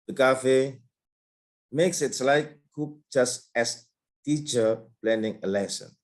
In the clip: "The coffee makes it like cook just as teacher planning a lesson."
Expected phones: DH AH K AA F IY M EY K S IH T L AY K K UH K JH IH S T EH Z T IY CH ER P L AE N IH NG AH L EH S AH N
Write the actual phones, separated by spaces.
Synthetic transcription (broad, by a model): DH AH K AA F IY M EY K S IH T L AY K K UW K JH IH S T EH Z T IY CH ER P L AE N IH NG AH L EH S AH N